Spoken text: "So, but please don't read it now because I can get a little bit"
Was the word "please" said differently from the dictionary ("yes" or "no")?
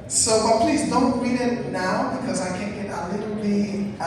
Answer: no